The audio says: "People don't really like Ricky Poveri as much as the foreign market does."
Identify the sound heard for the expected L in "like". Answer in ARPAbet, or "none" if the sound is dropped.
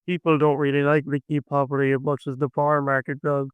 N